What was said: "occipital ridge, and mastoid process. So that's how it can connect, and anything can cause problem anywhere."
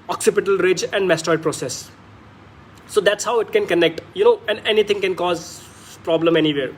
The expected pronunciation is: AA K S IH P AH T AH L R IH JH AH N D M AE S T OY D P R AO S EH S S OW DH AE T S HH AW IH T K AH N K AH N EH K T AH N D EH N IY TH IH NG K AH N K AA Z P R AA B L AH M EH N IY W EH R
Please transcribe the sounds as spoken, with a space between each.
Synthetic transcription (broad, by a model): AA K S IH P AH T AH L R IH JH AH N D M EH S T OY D P R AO S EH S S OW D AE T S HH AW IH T K AH N K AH N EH K T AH N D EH N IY T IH NG K AH N K AA Z P R AA B L AH M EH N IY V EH R